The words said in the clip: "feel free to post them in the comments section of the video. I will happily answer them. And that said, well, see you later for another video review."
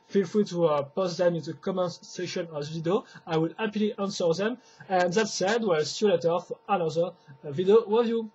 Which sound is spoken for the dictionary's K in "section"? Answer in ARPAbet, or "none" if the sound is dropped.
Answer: none